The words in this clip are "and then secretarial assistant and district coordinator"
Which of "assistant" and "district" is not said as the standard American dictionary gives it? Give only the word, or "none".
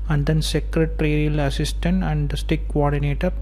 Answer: district